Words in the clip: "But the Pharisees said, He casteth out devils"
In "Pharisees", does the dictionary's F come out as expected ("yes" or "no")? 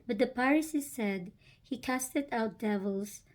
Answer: no